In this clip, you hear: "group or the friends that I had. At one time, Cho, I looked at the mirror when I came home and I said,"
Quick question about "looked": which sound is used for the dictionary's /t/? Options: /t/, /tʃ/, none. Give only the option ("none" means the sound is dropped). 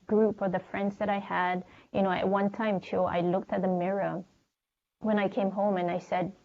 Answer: /t/